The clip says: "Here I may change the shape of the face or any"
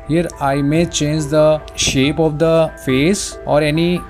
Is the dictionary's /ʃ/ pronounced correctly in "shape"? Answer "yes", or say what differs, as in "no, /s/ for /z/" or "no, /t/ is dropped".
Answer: yes